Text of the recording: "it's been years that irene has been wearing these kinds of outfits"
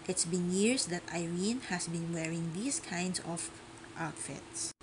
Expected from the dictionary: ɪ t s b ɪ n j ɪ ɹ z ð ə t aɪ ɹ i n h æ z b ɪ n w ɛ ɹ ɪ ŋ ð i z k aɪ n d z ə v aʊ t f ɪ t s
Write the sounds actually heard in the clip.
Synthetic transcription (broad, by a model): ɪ t s b ɪ n j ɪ ɹ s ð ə t aɪ ɹ i n h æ s b ɪ n w ɛ ɹ ɪ ŋ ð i s k aɪ n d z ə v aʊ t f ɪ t s